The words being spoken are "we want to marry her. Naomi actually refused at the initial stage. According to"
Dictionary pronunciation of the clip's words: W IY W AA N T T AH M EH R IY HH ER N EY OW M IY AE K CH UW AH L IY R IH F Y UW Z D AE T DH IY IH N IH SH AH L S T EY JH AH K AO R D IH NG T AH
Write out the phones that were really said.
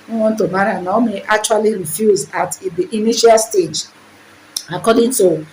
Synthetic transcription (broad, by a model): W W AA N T T AH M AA R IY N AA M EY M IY K CH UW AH L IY R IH F Y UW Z AA T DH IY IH N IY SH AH L S T EY JH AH K AO D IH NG T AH